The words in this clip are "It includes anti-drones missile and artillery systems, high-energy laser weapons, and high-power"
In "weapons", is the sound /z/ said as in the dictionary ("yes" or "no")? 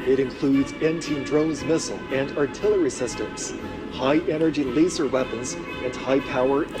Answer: yes